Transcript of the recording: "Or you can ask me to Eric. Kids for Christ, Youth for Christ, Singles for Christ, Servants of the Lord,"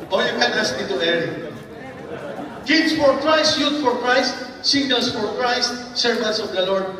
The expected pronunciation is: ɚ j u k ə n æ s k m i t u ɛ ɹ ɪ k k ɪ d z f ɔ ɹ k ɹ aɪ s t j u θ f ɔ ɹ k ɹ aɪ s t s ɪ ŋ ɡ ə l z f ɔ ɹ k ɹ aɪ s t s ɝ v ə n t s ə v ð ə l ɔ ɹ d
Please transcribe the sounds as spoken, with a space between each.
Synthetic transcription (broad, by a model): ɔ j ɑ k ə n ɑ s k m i t u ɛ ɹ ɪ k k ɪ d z f ɔ ɹ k ɹ aɪ s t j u t f ɔ ɹ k ɹ aɪ s t s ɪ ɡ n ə l s f ɔ ɹ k ɹ aɪ s t s ɝ v ə n t s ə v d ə l ɔ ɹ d